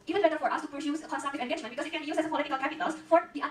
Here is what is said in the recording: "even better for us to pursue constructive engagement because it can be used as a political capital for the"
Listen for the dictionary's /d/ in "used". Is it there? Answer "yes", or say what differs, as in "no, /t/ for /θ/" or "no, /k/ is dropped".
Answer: no, /d/ is dropped